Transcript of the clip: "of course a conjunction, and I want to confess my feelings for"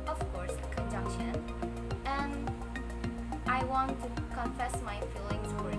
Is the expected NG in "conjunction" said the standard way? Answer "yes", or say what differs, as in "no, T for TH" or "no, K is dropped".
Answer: no, NG is dropped